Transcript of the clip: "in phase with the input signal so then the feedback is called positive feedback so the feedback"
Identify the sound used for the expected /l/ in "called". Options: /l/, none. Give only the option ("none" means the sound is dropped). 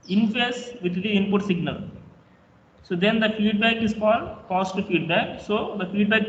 none